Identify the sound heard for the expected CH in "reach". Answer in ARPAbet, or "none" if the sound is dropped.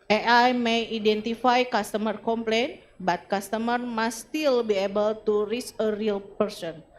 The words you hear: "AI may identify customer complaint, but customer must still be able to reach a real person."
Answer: S